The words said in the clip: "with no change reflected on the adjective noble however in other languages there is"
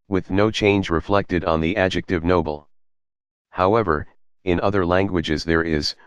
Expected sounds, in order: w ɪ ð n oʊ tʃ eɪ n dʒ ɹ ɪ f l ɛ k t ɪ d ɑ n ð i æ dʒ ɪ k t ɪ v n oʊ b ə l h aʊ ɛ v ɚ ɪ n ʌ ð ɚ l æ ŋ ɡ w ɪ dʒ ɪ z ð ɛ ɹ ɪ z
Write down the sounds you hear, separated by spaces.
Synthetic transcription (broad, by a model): w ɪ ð n oʊ tʃ eɪ n dʒ ɹ ɪ f l ɛ k t ɪ d n ð i æ dʒ ɪ k t ɪ v n oʊ b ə l h aʊ ɛ v ɚ ɪ n ʌ ð ɚ l æ ŋ ɡ w ɪ dʒ ɪ z ð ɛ ɹ ɪ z